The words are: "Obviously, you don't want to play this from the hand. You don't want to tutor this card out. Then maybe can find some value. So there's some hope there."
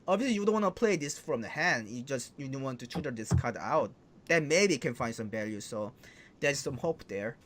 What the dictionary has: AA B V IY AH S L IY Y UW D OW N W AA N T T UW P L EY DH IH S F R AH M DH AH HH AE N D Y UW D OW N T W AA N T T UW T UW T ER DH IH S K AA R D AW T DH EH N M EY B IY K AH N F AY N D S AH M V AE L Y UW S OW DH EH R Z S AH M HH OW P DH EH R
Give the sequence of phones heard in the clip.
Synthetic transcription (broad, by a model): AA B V IY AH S L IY Y UW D OW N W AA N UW P L EY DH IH S F R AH M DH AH HH AE N D Y UW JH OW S T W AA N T T UW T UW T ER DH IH S K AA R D AW T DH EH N M EY B IY K AH N F AY N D S AH M V AE L Y UW S OW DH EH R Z S AH M HH OW P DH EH R